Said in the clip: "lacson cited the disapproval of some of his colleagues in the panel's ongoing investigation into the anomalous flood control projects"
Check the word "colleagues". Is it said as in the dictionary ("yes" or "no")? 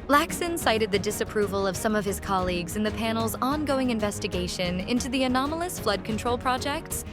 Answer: yes